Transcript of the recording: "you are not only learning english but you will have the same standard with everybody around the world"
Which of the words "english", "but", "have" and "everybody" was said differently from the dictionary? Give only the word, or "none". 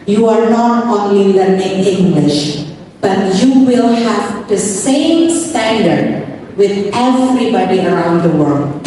none